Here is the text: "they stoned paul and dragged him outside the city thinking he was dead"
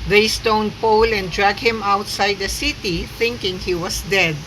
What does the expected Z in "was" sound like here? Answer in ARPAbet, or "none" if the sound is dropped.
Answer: S